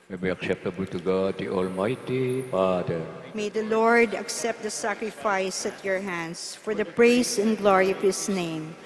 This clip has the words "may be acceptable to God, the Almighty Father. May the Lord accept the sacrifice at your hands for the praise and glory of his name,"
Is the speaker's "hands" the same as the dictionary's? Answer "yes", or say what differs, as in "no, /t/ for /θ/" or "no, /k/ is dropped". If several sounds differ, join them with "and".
no, /s/ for /z/